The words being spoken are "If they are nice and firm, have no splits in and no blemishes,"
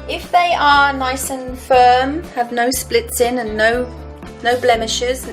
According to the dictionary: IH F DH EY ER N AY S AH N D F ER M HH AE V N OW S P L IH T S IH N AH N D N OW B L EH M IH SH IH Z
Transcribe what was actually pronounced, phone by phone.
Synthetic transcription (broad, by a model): IH F DH EY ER N AY S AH N F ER M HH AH V N OW S P L IH T S IH N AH N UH N OW B L EH M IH SH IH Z